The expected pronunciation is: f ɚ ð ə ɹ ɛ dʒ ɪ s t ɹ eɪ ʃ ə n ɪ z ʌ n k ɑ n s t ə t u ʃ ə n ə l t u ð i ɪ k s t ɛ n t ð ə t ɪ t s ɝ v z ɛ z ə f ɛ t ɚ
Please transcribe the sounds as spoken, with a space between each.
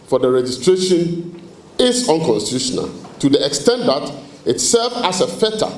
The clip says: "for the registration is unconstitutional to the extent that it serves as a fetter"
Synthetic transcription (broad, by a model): f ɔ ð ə ɹ ɛ dʒ ɪ s t ɹ eɪ ʃ ə n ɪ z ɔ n k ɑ n s t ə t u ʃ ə n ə l t u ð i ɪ k s t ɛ n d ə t ɪ t s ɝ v ɑ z ə f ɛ t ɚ